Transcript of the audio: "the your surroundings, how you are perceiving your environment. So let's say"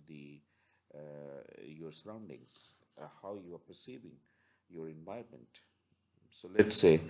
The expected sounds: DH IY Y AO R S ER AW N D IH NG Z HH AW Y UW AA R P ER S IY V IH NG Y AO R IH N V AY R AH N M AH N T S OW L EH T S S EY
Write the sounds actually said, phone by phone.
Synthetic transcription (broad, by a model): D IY Y AO R S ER AW N D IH NG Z HH AW Y UW AA R P ER S IY V IH NG Y AO R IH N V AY AH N M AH N T S OW L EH T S S EY